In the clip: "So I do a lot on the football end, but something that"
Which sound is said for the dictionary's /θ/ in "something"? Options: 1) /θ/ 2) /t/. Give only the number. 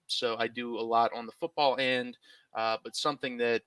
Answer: 1